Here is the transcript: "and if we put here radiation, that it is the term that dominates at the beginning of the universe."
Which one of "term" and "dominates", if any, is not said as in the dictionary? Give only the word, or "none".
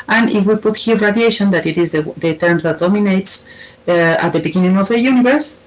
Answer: none